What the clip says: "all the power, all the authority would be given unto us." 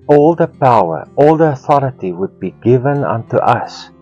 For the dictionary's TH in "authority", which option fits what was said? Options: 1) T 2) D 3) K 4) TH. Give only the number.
4